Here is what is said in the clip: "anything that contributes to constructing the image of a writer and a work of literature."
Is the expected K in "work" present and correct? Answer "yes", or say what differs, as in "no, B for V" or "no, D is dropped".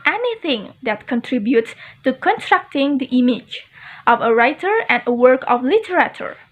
yes